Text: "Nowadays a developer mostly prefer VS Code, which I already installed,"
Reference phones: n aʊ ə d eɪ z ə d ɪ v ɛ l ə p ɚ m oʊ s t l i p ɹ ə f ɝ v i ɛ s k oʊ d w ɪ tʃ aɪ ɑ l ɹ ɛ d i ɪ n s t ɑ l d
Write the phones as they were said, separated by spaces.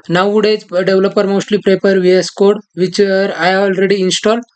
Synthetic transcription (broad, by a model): n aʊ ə d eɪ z d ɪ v l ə p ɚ m oʊ s t l i p ɹ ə p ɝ v i ɛ s k oʊ d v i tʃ aɪ ɑ l ɹ ɛ d i n s t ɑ l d